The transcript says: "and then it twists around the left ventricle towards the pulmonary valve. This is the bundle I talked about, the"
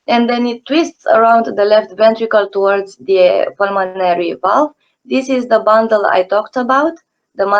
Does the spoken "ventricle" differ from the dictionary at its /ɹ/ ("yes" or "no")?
no